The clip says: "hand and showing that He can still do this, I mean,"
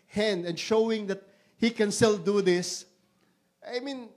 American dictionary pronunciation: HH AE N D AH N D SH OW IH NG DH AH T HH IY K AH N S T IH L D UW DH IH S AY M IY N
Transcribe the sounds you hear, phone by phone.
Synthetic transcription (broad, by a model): HH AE N D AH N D SH OW IH NG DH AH T HH IY K AH N S T IH L D UW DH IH S AY M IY N